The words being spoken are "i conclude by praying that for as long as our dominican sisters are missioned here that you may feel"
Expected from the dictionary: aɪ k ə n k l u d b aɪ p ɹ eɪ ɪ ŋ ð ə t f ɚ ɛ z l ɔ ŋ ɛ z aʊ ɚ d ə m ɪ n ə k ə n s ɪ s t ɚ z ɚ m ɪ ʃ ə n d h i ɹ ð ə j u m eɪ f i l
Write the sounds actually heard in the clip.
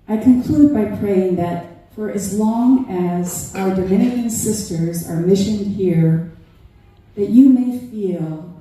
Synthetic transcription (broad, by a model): aɪ k ə n k l u d b aɪ p ɹ eɪ ɪ ŋ ð ə t f ɚ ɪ z l ɔ ŋ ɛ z aʊ ɚ d ə m ɪ n ə k ə n s ɪ s t ɚ z ɚ m ɪ ʃ ə n d h i ɹ ð ə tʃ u m eɪ f i l